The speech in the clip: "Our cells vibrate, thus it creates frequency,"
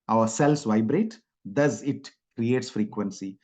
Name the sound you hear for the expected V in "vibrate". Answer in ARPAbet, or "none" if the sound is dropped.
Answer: V